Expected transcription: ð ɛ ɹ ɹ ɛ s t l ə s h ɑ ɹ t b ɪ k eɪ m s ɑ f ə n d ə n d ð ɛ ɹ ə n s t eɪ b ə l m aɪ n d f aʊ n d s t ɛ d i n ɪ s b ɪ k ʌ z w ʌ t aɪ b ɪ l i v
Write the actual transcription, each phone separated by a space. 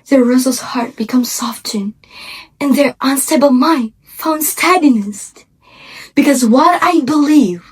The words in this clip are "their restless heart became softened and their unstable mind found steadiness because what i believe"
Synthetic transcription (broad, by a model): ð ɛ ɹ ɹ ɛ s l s h ɑ ɹ t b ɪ k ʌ m s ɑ f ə n ə n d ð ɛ ɹ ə n s t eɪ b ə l m aɪ n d f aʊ n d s t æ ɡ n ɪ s b ɪ k ʌ z w ʌ t aɪ b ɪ l i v